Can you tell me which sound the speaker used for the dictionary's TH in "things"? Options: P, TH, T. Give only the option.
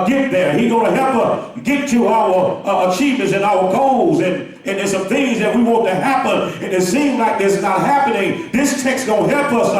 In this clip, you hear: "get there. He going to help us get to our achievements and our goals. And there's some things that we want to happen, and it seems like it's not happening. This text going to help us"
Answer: TH